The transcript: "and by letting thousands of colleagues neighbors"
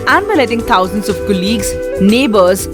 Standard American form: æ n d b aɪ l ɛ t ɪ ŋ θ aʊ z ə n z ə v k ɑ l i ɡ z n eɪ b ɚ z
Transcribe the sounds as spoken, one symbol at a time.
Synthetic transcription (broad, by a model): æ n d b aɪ l ɛ t ɪ ŋ t aʊ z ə n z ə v k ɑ l i ɡ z n eɪ b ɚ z